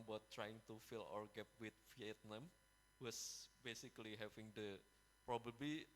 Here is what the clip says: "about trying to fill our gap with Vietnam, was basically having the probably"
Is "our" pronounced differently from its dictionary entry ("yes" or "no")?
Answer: no